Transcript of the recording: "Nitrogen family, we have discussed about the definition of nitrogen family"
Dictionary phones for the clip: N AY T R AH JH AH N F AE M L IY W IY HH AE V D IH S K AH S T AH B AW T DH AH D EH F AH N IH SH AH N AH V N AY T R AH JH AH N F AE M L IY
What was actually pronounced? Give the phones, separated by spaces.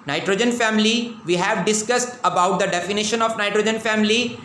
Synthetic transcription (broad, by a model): N AY T R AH JH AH N F AE M L IY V IY HH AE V D IH S K AH S T AH B AW T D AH D EH F AH N IH SH AH N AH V N AY T R AH JH AH N F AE M L IY